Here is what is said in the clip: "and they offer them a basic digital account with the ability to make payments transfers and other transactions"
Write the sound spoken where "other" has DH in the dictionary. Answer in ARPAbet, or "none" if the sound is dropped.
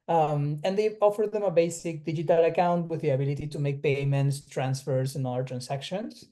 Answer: none